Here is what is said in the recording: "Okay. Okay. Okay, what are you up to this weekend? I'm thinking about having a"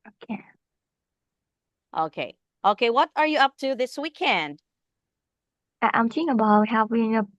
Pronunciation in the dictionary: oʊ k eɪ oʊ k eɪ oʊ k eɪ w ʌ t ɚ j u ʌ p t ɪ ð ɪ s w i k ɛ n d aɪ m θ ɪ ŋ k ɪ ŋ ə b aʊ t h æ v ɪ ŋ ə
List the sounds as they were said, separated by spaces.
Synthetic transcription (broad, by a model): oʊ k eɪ oʊ k eɪ oʊ k eɪ w ʌ t ɚ j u ʌ p t ɪ ð ɪ s w i k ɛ n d aɪ m t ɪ k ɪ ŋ ə b aʊ t h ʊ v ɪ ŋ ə